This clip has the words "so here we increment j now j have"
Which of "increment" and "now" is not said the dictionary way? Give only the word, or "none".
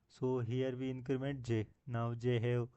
none